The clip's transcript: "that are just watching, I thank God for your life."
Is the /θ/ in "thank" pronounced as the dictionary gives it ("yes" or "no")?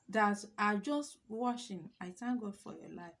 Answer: no